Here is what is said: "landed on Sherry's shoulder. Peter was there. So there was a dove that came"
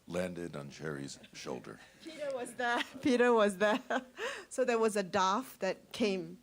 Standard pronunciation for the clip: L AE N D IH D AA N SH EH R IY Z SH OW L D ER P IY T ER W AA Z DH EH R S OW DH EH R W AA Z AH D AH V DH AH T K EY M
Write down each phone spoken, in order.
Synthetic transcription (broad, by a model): L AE N D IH D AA N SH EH R IY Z SH OW L D ER P IY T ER W AA Z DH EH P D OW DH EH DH W AA Z AH D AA F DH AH T K EY M